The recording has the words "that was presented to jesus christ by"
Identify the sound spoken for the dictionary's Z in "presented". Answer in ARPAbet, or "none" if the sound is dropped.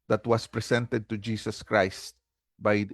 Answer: S